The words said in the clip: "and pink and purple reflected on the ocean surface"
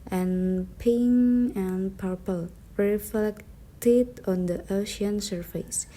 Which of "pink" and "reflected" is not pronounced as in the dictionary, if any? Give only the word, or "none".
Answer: pink